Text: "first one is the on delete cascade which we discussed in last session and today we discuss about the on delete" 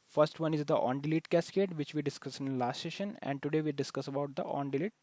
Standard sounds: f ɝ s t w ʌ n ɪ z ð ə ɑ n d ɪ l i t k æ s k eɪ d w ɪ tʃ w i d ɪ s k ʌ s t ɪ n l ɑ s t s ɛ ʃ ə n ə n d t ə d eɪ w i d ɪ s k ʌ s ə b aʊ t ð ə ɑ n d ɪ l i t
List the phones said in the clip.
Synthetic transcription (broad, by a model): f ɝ s t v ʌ n ɪ z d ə ɑ n d ɪ l i t k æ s k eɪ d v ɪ tʃ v i d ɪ s k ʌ s ɪ n l ɑ s t s ɛ ʃ ə n ə n d t ə d eɪ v i d ɪ s k ʌ s ə b aʊ t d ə ɑ n d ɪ l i t